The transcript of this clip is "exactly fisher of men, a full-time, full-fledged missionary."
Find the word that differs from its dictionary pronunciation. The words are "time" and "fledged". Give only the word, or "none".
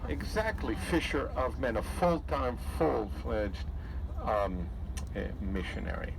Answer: none